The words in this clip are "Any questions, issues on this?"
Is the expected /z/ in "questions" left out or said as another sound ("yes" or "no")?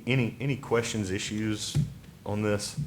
no